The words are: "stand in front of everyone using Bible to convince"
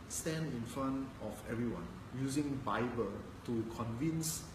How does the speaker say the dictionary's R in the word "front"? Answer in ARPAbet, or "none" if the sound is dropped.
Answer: none